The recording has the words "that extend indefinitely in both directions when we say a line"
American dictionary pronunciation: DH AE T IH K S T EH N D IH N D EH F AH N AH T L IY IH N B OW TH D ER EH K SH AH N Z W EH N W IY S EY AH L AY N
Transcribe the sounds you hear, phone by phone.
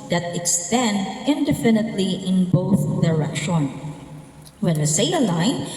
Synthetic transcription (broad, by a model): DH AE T IH K S T EH N D IH N D EH F AH N AH T L IY IH N B OW TH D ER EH K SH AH N W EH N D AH S EY AH L AY N